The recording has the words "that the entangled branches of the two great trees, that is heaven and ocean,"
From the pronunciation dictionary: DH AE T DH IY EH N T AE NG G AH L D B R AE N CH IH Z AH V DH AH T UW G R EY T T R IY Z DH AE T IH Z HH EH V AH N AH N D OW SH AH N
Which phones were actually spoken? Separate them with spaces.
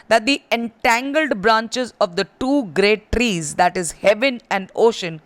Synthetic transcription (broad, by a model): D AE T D IY EH N T AE NG G AH L D B R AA N CH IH Z AH V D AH T UW G R EY T T R IY Z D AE T IH Z HH EH V AH N AH N D OW SH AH N